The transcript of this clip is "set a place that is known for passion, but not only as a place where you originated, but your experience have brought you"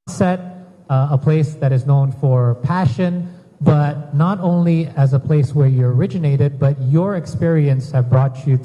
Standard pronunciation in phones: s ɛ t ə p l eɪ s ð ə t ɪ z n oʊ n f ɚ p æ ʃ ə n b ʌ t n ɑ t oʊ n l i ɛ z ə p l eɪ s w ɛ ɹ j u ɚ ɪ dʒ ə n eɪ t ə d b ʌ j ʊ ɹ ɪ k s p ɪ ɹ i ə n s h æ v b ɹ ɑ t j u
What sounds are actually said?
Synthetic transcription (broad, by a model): s ɛ t ə p l eɪ s ð ə t ɪ z n oʊ n f ɚ p æ ʃ ə n b ʌ t n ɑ t oʊ n l i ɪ z ə p l eɪ s w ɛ ɹ j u ɚ ɪ dʒ ə n eɪ t ə d b ʌ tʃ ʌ ɹ ɪ k s p ɪ ɹ i ə n s h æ v b ɹ ɑ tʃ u